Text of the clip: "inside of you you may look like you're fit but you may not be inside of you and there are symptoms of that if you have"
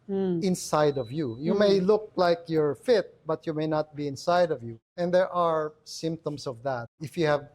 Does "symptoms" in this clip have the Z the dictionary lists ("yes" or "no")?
no